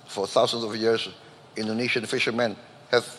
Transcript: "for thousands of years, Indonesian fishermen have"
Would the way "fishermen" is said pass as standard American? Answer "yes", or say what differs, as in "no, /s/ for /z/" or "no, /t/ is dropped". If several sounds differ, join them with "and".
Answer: yes